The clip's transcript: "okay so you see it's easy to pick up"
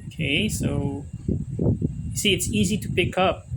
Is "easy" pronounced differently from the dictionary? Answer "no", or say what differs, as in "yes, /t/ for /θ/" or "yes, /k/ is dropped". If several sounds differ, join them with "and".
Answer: no